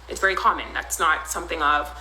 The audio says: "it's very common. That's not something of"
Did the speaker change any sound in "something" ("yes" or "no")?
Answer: no